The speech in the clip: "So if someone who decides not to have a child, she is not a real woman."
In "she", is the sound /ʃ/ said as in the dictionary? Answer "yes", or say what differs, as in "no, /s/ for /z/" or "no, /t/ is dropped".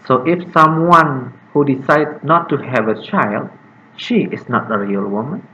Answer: yes